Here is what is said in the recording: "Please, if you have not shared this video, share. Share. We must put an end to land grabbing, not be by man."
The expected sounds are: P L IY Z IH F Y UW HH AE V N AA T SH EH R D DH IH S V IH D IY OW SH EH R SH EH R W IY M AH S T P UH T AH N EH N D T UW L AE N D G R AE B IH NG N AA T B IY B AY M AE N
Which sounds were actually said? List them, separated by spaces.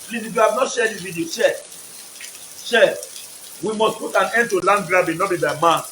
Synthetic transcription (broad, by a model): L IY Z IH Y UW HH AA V N AA T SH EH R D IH V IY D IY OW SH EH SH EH W IY M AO S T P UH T AH N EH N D T UW L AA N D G R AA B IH N AA T B IY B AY M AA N